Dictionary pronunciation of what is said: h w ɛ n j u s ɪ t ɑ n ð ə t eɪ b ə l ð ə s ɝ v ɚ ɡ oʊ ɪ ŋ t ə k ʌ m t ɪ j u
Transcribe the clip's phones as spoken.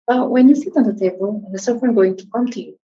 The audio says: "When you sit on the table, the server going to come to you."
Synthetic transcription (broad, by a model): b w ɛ n j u s ɪ t ɑ n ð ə t eɪ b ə l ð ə s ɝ f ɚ ɡ oʊ ɪ ŋ t ə k ʌ m t ɪ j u